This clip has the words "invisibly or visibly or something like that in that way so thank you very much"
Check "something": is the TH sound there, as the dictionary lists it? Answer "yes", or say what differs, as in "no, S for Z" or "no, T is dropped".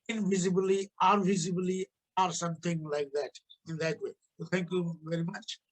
no, T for TH